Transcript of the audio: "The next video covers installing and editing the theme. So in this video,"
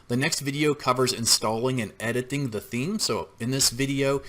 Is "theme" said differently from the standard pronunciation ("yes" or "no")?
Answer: no